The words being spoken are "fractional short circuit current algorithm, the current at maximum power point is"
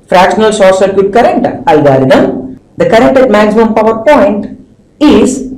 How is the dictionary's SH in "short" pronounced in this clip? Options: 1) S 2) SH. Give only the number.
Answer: 1